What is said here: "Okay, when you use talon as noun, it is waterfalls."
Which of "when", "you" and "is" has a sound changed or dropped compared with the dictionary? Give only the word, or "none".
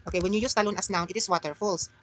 is